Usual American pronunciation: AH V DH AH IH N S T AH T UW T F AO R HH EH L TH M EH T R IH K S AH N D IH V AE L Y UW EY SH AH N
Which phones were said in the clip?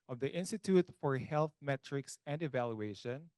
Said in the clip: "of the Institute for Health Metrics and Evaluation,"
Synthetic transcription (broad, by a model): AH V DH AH IH N S T AH T UW T F AO R HH EH L TH M EH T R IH K S AH N D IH V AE L Y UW EY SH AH N